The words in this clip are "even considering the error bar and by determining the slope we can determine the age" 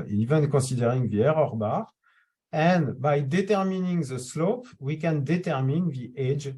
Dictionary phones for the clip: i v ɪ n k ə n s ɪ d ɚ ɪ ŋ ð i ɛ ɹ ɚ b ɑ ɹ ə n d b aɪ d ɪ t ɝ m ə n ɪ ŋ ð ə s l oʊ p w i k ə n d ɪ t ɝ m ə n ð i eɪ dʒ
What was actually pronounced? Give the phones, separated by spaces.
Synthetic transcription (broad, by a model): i v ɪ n k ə s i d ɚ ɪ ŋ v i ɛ ɹ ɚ b ɑ ɹ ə n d b aɪ d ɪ t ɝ m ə n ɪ ŋ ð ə s l oʊ p w i k ə n d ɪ t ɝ m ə n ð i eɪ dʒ